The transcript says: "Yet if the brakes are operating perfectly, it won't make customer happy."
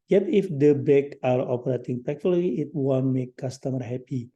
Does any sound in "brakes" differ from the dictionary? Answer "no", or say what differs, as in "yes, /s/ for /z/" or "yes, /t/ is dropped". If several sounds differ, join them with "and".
yes, /ɹ/ is dropped and /s/ is dropped